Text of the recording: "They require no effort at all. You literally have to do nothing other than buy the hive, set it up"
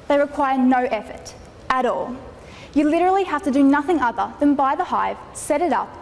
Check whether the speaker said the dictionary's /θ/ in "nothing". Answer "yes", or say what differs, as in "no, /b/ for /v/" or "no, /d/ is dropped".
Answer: yes